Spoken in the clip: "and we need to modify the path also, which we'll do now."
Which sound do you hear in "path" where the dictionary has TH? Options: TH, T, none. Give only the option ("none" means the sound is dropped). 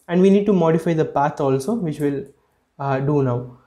T